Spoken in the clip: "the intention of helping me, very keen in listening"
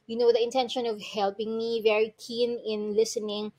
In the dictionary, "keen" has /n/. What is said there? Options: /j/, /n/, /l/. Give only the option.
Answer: /n/